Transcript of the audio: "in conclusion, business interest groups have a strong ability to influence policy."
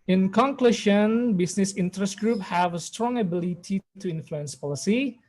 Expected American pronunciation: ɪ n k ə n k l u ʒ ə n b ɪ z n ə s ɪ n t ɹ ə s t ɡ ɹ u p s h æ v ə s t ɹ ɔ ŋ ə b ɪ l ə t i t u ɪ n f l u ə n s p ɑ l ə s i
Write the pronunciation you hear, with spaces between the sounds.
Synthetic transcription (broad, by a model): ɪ n k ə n k l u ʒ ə n b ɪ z n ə s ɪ n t ɹ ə s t ɡ ɹ u p h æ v ə s t ɹ ɔ ŋ ə b ɪ l ə t i t u ɪ n f l u ə n s p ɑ l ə s i